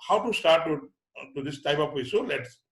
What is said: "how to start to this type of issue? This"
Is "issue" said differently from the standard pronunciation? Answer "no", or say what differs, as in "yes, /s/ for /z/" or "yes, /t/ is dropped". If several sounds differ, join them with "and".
yes, /s/ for /ʃ/